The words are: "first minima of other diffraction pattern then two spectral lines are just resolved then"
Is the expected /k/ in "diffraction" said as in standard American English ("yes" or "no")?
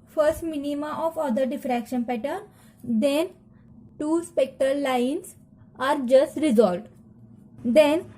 yes